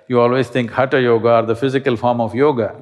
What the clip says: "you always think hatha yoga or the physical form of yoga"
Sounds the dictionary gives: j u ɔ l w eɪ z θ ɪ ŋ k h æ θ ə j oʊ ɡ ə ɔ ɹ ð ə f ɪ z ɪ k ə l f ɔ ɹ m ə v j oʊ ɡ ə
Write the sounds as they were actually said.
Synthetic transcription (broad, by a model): j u ɔ l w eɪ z t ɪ ŋ k h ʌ t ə j oʊ ɡ ə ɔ ɹ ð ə f ɪ z ɪ k ə l f ɔ ɹ m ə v j oʊ ɡ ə